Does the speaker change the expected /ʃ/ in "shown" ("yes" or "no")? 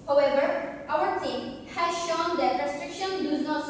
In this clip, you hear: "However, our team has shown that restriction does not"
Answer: no